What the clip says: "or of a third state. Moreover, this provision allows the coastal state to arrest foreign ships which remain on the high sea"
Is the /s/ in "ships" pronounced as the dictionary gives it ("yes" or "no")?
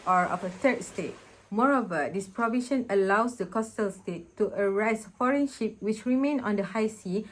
no